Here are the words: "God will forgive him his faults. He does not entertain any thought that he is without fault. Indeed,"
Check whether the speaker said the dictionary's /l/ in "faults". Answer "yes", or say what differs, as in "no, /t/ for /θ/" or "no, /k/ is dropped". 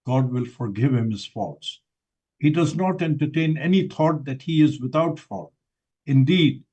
no, /l/ is dropped